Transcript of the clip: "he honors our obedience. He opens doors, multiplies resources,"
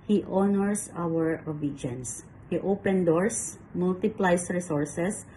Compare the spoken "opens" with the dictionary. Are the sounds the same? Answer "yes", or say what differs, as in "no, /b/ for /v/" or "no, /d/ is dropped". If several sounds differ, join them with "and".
no, /z/ is dropped